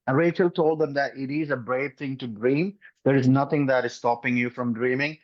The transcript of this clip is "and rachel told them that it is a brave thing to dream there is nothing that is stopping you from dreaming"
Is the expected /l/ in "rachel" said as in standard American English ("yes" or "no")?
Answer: yes